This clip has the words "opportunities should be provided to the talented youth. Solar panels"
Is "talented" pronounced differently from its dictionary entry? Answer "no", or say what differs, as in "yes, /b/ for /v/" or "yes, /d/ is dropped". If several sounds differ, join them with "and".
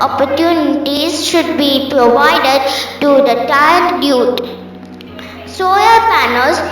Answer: yes, /l/ is dropped